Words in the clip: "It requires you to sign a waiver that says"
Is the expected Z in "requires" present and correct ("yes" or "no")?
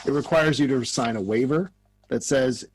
yes